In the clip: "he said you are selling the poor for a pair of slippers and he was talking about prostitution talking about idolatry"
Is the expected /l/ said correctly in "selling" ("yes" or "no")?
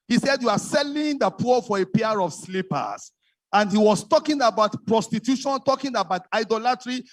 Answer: yes